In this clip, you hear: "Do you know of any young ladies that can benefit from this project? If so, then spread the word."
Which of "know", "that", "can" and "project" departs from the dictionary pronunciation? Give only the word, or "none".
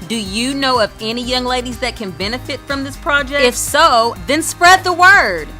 project